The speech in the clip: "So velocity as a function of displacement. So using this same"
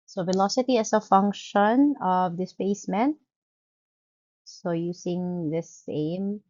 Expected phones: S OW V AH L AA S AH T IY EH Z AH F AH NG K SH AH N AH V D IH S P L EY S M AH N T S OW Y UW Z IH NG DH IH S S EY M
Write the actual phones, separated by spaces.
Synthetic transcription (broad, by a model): S OW V AH L AA S AH T IY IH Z AH F AH NG K SH AH N AH V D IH S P EY S M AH N T S OW Y UW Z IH NG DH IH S S EY M